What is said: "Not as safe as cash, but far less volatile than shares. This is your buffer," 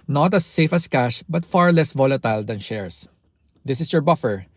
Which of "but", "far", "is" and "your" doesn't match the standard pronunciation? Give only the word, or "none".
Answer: is